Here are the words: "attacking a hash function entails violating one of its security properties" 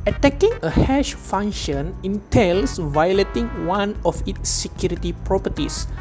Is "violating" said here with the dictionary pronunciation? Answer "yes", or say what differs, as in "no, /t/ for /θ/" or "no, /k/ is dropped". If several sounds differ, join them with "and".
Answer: yes